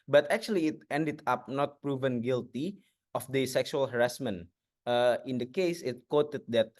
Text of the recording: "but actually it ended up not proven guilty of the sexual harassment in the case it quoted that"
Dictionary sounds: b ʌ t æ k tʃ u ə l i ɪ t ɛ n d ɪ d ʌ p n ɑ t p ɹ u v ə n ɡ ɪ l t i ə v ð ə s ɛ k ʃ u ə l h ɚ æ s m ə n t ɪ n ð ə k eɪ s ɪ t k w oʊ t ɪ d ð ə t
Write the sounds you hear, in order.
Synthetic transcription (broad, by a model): b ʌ t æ k tʃ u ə l i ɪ t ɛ n d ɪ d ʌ p n ɑ t p ɹ u v ə n ɡ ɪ l t i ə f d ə s ɛ k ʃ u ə l h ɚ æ s m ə n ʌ ɪ n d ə k eɪ s ɪ t k w oʊ t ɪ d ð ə t